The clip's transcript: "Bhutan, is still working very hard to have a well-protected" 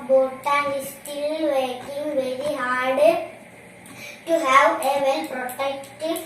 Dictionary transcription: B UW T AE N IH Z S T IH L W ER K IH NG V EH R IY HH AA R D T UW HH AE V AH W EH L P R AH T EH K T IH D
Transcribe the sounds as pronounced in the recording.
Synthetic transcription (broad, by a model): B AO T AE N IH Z S T IH L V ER K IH NG V EH R IY HH AA R D T UW HH AE V AH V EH L P R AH T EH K T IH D